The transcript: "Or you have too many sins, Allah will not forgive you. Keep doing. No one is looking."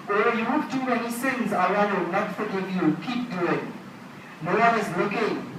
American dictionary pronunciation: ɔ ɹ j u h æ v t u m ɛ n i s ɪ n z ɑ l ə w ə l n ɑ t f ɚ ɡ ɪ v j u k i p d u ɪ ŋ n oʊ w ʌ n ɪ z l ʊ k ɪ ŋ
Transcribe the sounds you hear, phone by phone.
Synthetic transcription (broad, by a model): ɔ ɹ j u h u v t u m ɛ n i s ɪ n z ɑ ə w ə n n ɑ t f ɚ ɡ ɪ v j u k i p d u ɪ ŋ n oʊ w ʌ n ɪ z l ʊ k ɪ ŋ